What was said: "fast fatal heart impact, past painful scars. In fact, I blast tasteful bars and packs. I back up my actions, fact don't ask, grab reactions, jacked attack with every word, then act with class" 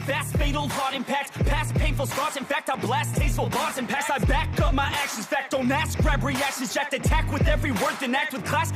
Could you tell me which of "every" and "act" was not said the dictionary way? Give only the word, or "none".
none